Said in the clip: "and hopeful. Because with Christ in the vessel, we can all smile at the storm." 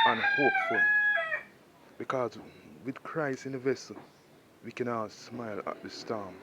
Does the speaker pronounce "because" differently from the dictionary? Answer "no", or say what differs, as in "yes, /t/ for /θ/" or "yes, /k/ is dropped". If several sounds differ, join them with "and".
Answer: no